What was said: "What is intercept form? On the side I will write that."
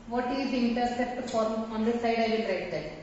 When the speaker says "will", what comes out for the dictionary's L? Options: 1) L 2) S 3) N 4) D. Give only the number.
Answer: 3